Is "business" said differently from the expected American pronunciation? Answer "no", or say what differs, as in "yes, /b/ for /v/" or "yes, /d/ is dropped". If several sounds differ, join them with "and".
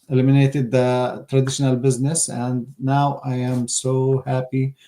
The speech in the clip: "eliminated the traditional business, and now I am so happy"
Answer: no